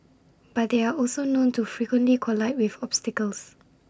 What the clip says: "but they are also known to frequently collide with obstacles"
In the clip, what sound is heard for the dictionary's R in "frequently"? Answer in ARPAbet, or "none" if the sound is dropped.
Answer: R